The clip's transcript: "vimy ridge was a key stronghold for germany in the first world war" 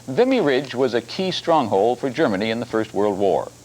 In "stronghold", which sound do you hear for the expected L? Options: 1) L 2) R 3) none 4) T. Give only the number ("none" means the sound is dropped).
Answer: 1